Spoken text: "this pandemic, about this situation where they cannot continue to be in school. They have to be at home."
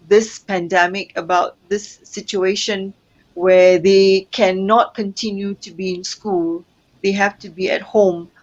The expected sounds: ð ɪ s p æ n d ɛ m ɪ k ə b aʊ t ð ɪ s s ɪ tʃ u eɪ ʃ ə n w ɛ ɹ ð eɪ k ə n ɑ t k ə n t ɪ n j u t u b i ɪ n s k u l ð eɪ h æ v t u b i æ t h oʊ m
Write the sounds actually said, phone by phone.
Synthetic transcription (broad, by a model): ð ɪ s p æ n d ɛ m ɪ k ə b aʊ t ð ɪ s s ɪ tʃ u eɪ ʃ ə n w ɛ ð eɪ k ə n ɑ t k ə n t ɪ n j u t u b i ɪ n s k u l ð eɪ h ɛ f t u b i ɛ t h oʊ m